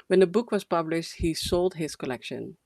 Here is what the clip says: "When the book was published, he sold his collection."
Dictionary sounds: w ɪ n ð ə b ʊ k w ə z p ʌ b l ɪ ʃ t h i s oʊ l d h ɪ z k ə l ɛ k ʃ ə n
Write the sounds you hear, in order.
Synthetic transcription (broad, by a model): w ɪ n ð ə b ʊ k w ə z p ʌ b l ɪ ʃ t h i s oʊ l d h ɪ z k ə l ɛ k ʃ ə n